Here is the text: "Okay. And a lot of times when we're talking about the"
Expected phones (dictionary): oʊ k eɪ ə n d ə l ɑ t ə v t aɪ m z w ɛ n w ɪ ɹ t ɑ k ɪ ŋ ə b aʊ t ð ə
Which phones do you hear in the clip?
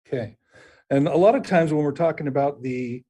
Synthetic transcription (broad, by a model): k eɪ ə n ə l ɑ t ə v t aɪ m z w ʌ n w ɪ ɹ t ɑ k ɪ ŋ ə b aʊ t ð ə